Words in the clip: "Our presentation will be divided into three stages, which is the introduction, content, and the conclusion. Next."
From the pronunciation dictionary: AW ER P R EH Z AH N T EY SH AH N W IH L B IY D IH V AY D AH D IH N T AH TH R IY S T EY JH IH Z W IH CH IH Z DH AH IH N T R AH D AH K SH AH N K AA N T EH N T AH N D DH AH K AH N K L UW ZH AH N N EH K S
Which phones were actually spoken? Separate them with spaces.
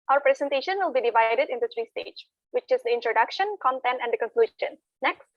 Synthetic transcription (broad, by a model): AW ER P R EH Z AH N T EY SH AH N W IH L B IY D IH V AY D AH D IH N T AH T R IY S T EY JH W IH CH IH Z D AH IH N T R AH D AH K SH AH N K AA N T EH N T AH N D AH K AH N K L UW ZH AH N N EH K S